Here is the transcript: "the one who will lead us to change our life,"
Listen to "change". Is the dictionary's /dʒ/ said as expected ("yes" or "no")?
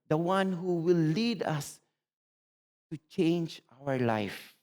yes